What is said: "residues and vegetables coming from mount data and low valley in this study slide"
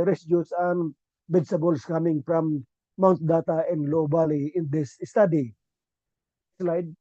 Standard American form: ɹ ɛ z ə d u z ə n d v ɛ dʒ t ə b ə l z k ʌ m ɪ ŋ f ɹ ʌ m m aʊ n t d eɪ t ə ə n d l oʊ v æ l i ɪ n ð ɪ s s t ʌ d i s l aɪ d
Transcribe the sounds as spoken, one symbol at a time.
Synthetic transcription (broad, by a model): ɹ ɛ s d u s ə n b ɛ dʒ s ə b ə l s k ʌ m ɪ ŋ f ɹ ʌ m m aʊ n t d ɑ t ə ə n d l oʊ b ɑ l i ɪ n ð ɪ s s t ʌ d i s l aɪ d